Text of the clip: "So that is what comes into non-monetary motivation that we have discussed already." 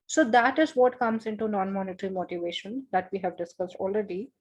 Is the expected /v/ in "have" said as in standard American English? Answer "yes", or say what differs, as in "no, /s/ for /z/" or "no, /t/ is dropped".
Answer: yes